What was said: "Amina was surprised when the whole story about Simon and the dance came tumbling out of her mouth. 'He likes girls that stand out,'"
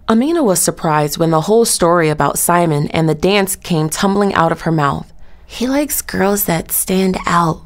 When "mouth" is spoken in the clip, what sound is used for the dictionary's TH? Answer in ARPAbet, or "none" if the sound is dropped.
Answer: TH